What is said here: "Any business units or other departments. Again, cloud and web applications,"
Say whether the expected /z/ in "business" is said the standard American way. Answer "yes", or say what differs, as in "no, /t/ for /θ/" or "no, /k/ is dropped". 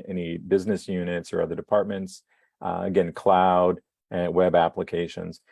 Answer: yes